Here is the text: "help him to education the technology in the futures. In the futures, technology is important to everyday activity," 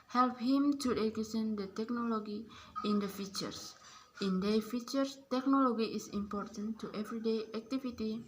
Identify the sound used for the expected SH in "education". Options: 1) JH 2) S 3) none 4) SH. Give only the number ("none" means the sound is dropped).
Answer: 2